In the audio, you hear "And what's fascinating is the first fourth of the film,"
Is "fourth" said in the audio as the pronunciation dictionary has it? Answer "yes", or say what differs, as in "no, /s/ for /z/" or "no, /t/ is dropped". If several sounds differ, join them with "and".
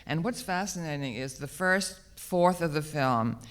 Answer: yes